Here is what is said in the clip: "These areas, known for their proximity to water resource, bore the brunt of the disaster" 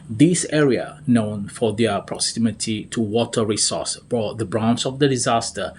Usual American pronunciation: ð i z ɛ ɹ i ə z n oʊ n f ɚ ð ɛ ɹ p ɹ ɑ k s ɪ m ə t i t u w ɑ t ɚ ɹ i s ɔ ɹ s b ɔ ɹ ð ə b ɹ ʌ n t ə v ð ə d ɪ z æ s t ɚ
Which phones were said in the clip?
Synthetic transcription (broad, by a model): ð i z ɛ ɹ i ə n oʊ n f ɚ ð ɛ p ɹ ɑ k s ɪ m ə t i t u w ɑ t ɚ ɹ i s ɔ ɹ s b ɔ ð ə b ɹ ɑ n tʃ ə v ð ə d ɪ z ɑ s t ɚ